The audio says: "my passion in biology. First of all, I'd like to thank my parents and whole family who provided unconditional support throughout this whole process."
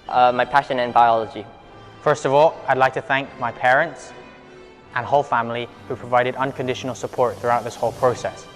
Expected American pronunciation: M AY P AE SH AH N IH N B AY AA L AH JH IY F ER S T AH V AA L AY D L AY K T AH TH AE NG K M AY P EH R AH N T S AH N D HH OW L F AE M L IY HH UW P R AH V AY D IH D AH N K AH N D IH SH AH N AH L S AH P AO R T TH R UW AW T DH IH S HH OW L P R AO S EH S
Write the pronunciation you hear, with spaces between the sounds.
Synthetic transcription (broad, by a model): M AY P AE SH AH N IH N B AY AA L AH JH IY F ER S T AH V AA L AY D L AY K T AH TH AE NG K M AY P EH R AH N T S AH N HH OW L F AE M L IY HH UW P R AH V AY D IH D AH N K AH N D IH SH AH N AH L S AH P AO R T TH R UW AW T DH IH S HH OW L P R AO S EH S